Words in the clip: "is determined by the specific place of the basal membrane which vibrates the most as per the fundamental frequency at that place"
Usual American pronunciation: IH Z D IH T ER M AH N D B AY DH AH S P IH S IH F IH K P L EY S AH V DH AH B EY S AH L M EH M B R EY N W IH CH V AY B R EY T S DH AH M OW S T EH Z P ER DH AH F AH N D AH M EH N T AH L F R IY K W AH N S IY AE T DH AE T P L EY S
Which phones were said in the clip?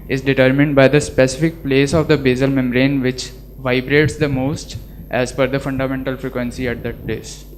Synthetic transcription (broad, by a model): IH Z D IH T ER M AH N D B AY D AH S P IH S IH F IH K P L EY S AH V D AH B EY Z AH L M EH M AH R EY N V IH CH V AY B R EY T S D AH M OW S T EH Z F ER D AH F AH N D AH M EH N T AH L F R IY K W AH N S IY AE T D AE T P L EY S